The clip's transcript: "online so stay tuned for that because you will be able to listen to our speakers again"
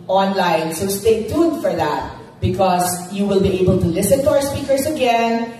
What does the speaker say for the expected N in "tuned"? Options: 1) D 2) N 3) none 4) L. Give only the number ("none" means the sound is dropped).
3